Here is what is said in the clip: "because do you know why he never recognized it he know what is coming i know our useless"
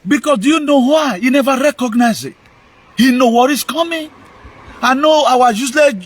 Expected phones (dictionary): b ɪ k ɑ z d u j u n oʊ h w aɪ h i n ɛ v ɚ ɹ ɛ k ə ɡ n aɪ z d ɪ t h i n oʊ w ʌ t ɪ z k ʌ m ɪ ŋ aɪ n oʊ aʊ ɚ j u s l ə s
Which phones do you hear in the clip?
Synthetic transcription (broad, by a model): b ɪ k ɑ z d u j u n oʊ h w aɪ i n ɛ v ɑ ɹ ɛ k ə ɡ n aɪ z ɪ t h i n oʊ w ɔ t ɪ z k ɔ m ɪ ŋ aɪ n oʊ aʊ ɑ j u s l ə